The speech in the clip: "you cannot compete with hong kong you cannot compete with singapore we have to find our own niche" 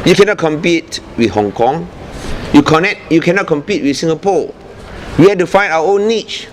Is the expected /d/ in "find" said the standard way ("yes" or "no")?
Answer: no